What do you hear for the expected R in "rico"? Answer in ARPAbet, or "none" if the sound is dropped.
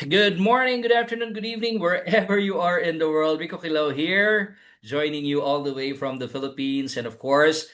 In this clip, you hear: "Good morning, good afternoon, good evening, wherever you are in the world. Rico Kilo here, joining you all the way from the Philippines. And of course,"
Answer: W